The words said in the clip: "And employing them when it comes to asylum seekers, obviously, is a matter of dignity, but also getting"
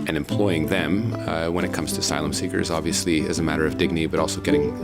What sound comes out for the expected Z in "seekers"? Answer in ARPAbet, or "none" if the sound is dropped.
Z